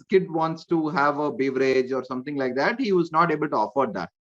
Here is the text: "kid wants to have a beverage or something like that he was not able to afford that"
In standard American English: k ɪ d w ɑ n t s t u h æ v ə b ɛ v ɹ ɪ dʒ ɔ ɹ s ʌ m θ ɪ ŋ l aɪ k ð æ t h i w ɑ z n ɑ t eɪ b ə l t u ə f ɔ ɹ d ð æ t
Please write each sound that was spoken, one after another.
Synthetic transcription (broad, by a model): k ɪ d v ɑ n t s t u h æ v ə b ɛ v ɹ ɪ dʒ ɔ ɹ s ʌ m t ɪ ŋ l aɪ k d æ t h i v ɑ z n ɑ t eɪ b ə l t u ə f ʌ ɹ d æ t